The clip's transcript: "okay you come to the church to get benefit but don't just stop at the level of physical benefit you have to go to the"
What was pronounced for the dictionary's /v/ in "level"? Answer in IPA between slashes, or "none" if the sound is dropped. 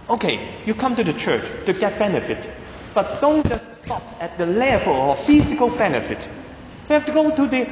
/f/